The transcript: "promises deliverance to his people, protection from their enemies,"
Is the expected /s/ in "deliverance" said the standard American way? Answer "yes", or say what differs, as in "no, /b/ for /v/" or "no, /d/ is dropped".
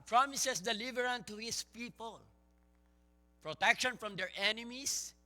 no, /s/ is dropped